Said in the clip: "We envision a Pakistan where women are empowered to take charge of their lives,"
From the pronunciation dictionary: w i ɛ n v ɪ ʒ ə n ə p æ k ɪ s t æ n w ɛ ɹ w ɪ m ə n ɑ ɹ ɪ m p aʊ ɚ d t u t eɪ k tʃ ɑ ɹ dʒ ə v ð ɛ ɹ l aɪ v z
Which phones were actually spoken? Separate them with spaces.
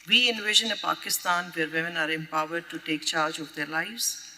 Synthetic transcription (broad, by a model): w i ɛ n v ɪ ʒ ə n ə p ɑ k ɪ s t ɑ n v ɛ ɹ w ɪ m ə n ɑ ɹ ɪ m p aʊ ɚ d t u t eɪ k tʃ ɑ ɹ dʒ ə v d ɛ ɹ l aɪ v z